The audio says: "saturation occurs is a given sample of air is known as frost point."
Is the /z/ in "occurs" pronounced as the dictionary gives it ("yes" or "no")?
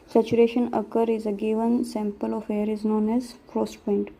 no